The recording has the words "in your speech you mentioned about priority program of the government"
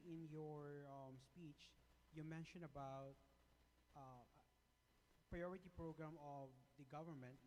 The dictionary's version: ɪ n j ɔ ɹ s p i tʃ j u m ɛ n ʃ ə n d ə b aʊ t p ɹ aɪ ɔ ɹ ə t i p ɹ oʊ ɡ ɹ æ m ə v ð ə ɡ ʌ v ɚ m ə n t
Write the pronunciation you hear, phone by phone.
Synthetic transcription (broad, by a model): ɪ n j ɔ ɹ s p i tʃ j u m ɛ n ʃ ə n ə b aʊ t p ɹ aɪ ɔ ɹ ə t i p ɹ oʊ ɡ ɹ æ m ə v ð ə ɡ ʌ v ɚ m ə n t